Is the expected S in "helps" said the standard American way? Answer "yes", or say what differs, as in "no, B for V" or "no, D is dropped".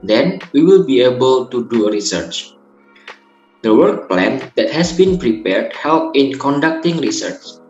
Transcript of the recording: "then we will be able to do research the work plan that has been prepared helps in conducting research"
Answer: no, S is dropped